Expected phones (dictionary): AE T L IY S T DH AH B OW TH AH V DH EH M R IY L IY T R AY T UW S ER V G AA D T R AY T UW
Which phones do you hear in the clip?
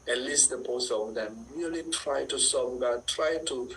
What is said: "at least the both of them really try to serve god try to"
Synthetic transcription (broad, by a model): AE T L IY S T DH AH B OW S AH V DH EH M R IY L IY T R AY T UW S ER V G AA T R AY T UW